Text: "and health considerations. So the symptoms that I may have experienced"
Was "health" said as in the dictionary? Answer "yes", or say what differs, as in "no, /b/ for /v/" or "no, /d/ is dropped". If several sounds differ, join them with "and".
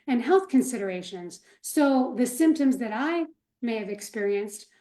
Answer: yes